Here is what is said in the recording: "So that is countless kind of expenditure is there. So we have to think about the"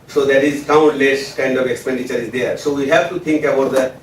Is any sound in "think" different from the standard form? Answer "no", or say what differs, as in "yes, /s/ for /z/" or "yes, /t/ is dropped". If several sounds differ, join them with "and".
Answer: yes, /t/ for /θ/